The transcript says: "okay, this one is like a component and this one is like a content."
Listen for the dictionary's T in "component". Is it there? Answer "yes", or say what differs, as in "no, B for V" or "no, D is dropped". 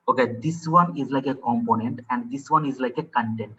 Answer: yes